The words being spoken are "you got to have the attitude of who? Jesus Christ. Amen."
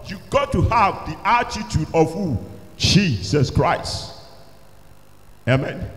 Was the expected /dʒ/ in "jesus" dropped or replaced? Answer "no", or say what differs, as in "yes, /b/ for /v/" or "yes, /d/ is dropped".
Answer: yes, /tʃ/ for /dʒ/